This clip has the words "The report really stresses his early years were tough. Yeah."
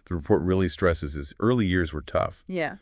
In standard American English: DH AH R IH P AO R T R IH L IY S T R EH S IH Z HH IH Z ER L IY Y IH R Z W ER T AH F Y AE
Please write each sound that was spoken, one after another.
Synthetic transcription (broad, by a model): DH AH R IH P AO R T R IH L IY S T R EH S IH Z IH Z ER L IY Y IH R Z W ER T AH F Y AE